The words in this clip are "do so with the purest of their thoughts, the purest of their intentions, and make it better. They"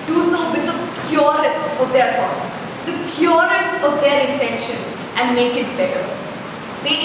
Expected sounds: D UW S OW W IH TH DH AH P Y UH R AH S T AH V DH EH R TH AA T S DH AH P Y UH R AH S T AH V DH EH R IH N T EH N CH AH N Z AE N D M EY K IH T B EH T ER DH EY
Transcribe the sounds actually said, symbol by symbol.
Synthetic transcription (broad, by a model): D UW S OW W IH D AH P Y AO R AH S T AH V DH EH R T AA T S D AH P Y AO R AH S T AH V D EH R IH N T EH N SH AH N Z AE N D M EY K IH T B EH T ER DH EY